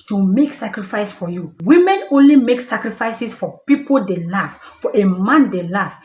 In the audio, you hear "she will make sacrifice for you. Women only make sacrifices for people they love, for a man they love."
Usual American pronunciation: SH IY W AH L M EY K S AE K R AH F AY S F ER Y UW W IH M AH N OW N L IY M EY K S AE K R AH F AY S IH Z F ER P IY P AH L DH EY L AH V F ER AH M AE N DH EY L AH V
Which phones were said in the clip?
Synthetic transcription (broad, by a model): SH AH M EY K S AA K R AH F AY S F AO Y UW W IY M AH N OW N L IY M EY K S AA K R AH F AY S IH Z F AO P IY P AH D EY L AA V F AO AH M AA N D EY L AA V